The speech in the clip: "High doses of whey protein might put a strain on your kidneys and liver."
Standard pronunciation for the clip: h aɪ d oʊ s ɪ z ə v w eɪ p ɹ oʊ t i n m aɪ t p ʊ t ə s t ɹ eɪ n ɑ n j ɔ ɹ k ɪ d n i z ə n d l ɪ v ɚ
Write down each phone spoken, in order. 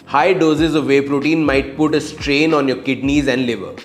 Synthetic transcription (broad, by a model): h aɪ d oʊ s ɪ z ə v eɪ p ɹ oʊ t i n m aɪ t p ʊ t ə s t ɹ eɪ n ɑ n j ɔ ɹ k ɪ d n i z ə n d l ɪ v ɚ